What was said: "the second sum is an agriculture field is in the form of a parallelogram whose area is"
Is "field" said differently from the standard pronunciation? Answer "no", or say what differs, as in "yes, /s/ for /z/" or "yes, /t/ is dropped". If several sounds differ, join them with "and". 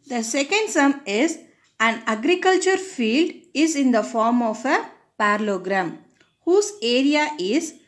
no